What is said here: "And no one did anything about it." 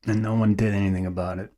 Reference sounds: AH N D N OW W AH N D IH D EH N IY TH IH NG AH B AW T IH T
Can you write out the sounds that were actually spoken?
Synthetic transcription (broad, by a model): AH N N OW W AH N D IH D EH N IY TH IH NG AH B AW T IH T